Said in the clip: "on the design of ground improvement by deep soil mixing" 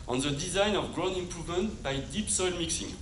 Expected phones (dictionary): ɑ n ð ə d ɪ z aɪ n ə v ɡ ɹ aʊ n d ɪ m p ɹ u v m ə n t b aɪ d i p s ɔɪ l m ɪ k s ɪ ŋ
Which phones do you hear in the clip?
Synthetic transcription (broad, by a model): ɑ n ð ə d ɪ z aɪ n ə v ɡ ɹ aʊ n ɪ m p ɹ u v m ə n t b aɪ d i p s ɔɪ l m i k s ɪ ŋ